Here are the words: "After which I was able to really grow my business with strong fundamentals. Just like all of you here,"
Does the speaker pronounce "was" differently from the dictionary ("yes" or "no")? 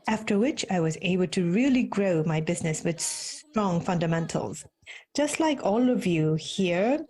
no